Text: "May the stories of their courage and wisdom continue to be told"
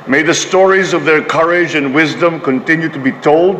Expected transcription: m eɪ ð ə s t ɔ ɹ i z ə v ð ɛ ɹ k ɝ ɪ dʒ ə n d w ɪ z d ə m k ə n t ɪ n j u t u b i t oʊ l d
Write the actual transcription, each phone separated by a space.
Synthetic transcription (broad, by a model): m eɪ ð ə s t ɔ ɹ i z ə v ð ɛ ɹ k ɝ ɪ dʒ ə n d w ɪ z d ə m k ə n t ɪ n j u t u b i t oʊ l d